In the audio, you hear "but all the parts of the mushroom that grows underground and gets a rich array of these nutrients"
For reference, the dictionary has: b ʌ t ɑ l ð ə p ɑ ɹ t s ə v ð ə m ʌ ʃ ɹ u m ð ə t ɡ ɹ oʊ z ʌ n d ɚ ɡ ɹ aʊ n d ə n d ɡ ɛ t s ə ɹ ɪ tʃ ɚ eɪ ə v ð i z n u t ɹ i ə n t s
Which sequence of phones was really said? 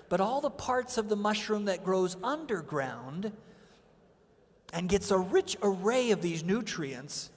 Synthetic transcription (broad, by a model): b ʌ t ɑ l ð ə p ɑ ɹ t s ə v ð ə m ʌ ʃ ɹ u m ð ə t ɡ ɹ oʊ z ʌ n d ɚ ɡ ɹ aʊ n d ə n ɡ ɛ t s ə ɹ ɪ tʃ ɚ eɪ ə v ð i z n u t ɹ i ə n t s